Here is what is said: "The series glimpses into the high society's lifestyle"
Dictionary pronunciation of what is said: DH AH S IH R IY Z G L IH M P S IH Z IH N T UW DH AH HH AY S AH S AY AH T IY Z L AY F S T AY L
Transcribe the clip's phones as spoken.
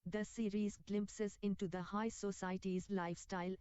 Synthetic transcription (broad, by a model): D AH S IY R IY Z G L IH M P S IH Z IH N T UW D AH HH AY S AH S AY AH T IY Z L AY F S T AY L